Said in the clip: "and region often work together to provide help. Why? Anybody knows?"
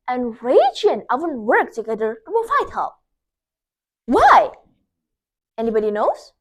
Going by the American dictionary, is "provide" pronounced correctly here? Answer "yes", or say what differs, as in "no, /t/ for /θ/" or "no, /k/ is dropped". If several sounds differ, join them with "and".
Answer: no, /f/ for /v/